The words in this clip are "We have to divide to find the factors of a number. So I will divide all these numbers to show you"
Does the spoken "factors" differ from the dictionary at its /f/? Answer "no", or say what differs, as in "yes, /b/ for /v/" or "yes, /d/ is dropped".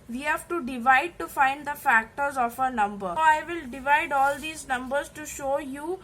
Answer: no